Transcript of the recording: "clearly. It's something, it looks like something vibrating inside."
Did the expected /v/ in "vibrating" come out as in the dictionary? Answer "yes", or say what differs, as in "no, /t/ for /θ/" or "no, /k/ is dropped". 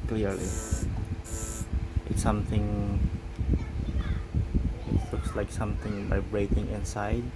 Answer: no, /b/ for /v/